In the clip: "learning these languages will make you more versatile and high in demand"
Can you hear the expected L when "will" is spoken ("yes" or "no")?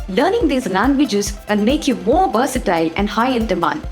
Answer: no